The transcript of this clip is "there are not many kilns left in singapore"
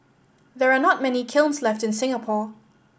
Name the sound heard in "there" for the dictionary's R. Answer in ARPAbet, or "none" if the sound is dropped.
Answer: R